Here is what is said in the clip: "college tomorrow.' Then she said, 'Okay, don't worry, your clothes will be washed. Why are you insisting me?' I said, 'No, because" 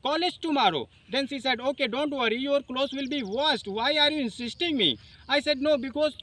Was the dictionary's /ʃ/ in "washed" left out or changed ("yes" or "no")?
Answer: yes